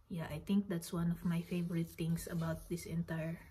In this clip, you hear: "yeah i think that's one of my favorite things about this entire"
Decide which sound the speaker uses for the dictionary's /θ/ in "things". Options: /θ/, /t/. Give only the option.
/t/